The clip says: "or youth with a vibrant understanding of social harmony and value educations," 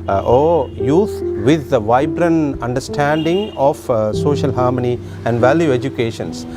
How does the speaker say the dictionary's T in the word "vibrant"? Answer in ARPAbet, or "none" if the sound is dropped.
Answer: none